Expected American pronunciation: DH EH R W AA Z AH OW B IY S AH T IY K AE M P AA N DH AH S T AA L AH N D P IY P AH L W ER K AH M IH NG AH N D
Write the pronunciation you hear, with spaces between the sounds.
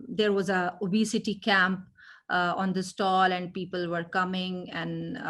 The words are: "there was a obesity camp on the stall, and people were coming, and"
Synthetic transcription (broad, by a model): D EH R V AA Z AH OW B IY S AH T IY K AE M P AA N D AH S T AA L AH N D P IY P AH L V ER K AH M IH NG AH N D